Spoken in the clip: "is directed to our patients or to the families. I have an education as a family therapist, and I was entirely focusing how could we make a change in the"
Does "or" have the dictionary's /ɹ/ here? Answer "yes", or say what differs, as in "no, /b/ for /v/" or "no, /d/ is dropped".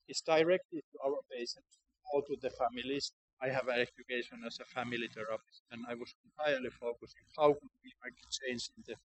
no, /l/ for /ɹ/